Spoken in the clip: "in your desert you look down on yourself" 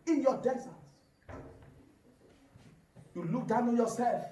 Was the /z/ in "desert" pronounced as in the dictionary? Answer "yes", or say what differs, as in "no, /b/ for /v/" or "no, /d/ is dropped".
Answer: no, /s/ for /z/